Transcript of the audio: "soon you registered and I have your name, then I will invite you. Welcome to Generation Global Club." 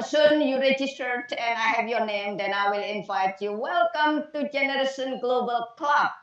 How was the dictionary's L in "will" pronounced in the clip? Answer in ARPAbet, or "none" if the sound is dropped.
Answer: L